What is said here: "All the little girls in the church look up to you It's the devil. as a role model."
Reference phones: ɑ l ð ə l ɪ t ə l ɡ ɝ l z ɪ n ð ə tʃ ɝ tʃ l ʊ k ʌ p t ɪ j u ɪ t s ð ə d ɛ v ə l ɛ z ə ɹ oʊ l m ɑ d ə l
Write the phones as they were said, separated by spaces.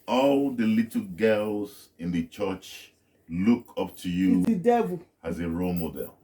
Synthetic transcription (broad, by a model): ɑ l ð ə l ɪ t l ɡ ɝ l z ɪ n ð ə tʃ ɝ tʃ l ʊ k ʌ p t ɪ j u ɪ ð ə d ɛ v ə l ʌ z ə ɹ oʊ l m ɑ d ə l